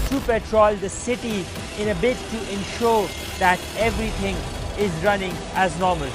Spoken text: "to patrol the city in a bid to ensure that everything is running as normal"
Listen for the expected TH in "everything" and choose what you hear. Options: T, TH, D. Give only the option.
T